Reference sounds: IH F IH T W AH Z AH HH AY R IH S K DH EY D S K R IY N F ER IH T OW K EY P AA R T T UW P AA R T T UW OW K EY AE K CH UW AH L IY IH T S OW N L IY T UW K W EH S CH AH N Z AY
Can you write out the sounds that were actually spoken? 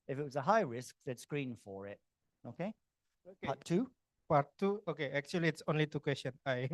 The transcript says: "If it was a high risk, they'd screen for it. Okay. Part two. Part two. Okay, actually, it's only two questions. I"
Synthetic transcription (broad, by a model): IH F IH T W AH Z AH HH AY R IH S K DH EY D S K R IY N F ER IH T OW K EY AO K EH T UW P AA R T T UW OW K EY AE K CH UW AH L IY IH T S OW N L IY T UW K W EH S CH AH N AY